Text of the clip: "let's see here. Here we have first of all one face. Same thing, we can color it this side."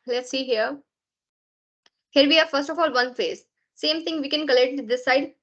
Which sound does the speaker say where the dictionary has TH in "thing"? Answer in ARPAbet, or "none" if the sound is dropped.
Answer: T